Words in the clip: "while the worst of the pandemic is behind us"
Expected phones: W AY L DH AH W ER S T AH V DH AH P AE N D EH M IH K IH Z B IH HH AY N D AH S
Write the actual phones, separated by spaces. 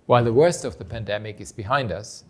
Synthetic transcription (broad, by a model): W AY L DH AH W ER S T AH V DH AH P AE N D EH M IH K IH Z B IH HH AY N D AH S